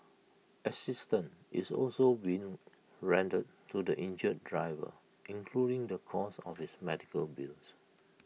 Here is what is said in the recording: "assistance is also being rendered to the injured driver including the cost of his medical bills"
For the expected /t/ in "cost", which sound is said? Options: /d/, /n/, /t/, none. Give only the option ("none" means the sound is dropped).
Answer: none